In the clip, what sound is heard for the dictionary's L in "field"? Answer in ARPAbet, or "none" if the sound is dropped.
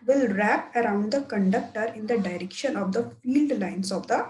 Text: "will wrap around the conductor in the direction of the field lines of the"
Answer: L